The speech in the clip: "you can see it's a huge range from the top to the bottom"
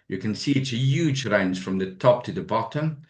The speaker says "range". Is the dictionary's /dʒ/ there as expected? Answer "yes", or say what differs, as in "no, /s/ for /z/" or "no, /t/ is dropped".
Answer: no, /z/ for /dʒ/